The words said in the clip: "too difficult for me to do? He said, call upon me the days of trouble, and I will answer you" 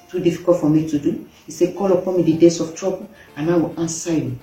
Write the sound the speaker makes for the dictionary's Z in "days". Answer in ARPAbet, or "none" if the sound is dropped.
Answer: S